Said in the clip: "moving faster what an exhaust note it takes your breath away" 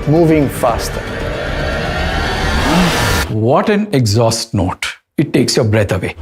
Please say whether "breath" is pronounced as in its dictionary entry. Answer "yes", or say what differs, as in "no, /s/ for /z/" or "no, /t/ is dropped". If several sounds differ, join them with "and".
no, /t/ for /θ/